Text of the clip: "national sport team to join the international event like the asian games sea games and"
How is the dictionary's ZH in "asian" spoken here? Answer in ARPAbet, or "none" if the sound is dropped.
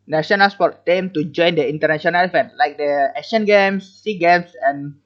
SH